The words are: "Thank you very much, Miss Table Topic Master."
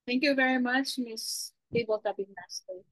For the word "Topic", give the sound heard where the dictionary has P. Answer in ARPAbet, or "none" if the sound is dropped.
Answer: B